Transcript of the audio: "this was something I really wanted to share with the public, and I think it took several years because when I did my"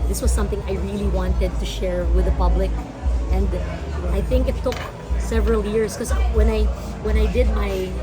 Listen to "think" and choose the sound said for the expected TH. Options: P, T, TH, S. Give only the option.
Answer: TH